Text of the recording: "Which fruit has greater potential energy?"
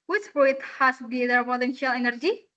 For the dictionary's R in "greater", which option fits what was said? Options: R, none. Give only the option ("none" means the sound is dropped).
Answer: none